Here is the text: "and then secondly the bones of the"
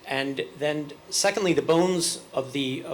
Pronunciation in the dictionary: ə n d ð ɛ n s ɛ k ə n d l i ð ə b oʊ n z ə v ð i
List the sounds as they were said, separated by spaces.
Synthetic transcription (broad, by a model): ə n ð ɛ n s ɛ k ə n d l i ð ə b oʊ n z ə v ð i